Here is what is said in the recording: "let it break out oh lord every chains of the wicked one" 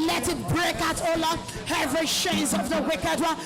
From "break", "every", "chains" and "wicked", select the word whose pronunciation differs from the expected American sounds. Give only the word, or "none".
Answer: chains